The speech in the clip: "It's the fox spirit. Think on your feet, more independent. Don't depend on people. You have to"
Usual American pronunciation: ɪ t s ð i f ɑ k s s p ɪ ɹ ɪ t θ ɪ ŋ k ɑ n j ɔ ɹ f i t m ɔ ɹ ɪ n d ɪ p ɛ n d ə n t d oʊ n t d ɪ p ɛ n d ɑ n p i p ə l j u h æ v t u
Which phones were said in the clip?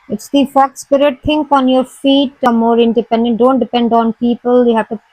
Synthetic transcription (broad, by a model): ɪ t s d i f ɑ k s s p ɪ ɹ ɪ t t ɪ ŋ k ɑ n j ɔ ɹ f i t m ɔ ɹ ɪ n d ɪ p ɛ n d ə n t d oʊ n t d ɪ p ɛ n d ɑ n p i p ə l j u h æ v t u